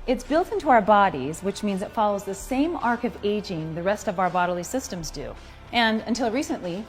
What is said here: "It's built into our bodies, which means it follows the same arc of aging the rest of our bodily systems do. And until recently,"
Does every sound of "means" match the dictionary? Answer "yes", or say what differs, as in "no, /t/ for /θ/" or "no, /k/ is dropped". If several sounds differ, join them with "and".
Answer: yes